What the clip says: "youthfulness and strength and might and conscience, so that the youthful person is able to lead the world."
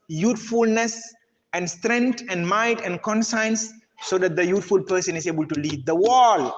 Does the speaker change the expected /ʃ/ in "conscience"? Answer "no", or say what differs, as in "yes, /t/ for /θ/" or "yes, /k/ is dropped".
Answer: yes, /s/ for /ʃ/